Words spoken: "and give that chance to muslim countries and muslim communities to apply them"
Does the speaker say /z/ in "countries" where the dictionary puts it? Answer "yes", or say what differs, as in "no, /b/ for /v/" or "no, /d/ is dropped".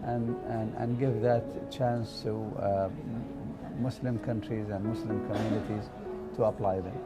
yes